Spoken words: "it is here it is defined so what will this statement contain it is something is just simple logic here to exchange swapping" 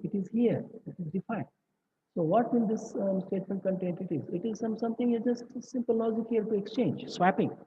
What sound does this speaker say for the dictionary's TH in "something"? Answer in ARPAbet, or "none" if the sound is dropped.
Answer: S